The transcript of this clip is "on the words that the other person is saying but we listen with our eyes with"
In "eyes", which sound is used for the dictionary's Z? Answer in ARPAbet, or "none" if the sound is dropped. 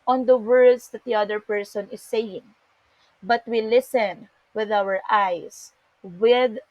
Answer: S